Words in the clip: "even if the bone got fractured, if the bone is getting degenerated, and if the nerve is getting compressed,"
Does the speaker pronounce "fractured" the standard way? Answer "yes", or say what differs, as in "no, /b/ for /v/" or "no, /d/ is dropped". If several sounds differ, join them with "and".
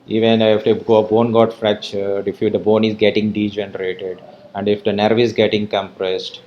no, /k/ is dropped